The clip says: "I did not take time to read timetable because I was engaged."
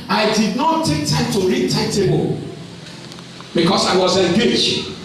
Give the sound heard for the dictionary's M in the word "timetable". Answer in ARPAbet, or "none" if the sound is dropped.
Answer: none